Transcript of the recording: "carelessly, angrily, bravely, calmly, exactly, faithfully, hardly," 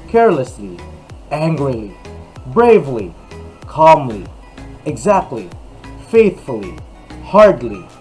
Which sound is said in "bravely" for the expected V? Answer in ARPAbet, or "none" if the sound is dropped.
V